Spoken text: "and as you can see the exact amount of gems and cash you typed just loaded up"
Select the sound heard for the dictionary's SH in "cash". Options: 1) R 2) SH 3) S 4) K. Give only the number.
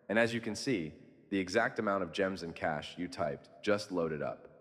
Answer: 2